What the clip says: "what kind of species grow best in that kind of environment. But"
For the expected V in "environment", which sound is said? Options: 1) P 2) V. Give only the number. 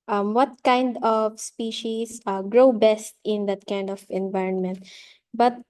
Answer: 2